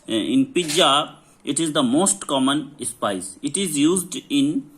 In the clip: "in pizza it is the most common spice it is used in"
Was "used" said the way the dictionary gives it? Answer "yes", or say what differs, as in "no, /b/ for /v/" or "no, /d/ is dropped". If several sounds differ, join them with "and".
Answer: yes